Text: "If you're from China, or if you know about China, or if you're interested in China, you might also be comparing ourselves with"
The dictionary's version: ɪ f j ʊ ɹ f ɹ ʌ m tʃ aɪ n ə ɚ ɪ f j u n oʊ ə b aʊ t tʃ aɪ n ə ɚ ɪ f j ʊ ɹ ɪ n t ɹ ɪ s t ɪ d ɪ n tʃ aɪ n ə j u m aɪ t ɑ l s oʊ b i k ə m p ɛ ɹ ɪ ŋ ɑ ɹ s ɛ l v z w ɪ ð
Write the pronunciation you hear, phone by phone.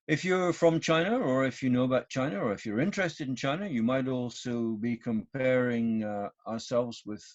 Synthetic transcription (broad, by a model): ɪ f j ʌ ɹ f ɹ ʌ m tʃ aɪ n ə ɚ ɪ f j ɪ n oʊ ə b aʊ t tʃ aɪ n ə ɚ ɪ f j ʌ ɹ ɪ n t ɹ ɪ s t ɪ d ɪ n tʃ aɪ n ə j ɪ m aɪ t ɑ l s oʊ b i k ə m p ɛ ɹ ɪ ŋ ɑ ɹ s ɛ l v z w ɪ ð